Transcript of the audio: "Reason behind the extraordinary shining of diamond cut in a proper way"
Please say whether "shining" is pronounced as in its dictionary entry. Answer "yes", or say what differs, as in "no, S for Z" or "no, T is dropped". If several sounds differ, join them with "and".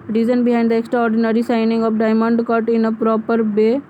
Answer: no, S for SH